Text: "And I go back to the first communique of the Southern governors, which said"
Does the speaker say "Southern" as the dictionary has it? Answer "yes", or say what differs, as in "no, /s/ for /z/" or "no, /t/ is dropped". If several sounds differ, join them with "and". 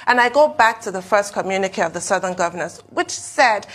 yes